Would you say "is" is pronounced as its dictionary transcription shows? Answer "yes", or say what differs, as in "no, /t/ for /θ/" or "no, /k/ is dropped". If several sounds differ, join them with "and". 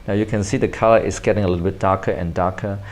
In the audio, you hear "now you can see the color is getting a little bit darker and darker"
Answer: no, /s/ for /z/